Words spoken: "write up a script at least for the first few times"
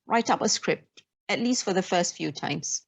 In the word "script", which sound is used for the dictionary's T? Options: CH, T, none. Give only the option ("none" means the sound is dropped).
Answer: T